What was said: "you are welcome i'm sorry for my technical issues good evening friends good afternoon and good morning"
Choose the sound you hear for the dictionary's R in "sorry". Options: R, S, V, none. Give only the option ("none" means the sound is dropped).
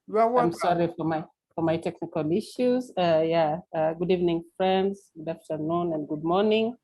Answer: none